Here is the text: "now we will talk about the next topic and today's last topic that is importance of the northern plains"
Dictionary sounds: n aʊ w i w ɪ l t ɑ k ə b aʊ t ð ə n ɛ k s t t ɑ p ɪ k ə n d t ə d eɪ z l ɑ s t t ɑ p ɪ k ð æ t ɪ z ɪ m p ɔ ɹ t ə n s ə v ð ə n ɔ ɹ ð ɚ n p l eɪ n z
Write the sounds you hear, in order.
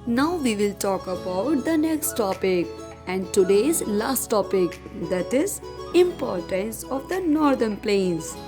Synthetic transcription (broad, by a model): n aʊ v i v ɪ l t ɑ k ə b aʊ t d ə n ɛ k s t t ɑ p ɪ k ə n d t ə d eɪ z l ɑ s t t ɑ p ɪ k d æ t ɪ z ɪ m p ɔ ɹ t ə n s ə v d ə n ɔ ɹ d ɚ n p l eɪ n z